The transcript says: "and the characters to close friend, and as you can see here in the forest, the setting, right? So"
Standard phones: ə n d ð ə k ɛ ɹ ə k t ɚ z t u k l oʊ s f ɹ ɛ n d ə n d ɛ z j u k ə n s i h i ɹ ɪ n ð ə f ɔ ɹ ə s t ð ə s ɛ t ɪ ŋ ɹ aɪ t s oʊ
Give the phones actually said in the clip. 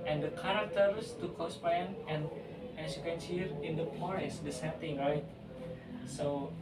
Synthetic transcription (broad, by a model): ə n d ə k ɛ ɹ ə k t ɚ s t u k oʊ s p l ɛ n ə n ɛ s j u k ə n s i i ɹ ɪ n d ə p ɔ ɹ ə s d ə s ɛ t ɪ ŋ ɹ aɪ t s oʊ